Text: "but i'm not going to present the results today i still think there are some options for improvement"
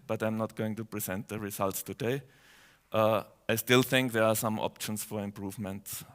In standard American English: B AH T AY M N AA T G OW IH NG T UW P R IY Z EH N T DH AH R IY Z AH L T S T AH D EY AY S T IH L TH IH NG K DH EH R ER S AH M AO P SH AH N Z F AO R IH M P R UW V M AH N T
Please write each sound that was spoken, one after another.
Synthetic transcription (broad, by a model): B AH T AY M N AA T G OW IH NG T UW P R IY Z EH N T DH AH R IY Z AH L T S T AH D EY AY S T IH L TH IH NG K DH EH R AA S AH M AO P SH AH N S F AO R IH M P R UW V M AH N T